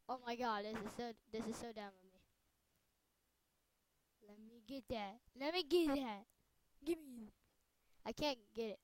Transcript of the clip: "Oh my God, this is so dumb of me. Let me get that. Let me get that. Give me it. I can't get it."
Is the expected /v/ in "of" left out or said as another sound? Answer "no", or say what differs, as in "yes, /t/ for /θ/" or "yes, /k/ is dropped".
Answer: yes, /f/ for /v/